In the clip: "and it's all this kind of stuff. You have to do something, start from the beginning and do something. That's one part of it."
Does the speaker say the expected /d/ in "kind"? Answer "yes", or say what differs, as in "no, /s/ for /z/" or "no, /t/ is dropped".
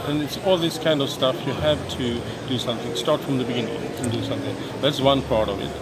yes